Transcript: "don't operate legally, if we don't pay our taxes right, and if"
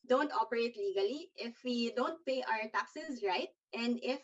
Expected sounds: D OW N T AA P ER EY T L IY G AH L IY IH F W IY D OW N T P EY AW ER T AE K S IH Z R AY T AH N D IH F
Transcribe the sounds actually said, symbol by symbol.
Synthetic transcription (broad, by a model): D OW N T AA P ER EY T L IY G AH L IY IH F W IY D OW N T P EY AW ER T AE K S IH Z R AY T AH N D IH F